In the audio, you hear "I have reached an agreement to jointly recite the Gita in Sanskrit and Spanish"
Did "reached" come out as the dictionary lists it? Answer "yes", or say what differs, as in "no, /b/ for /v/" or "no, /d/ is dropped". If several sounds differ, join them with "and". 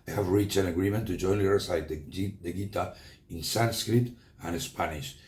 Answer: no, /t/ is dropped